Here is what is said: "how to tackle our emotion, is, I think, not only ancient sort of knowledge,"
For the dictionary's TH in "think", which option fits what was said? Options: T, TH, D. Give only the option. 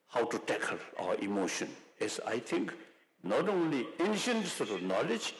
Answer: T